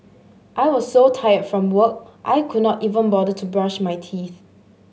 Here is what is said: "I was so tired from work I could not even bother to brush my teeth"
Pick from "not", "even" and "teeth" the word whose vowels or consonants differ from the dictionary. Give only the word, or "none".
none